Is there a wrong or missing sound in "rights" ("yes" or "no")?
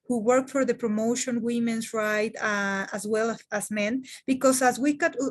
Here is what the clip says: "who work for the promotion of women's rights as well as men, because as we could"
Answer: yes